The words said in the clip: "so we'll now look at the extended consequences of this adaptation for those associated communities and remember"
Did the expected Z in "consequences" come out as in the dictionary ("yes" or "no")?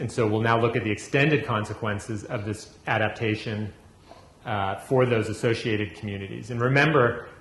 yes